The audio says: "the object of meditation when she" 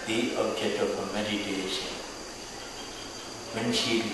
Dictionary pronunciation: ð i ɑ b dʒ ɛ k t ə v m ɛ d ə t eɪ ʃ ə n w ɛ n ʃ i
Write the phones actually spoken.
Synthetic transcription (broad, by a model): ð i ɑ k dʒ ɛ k ə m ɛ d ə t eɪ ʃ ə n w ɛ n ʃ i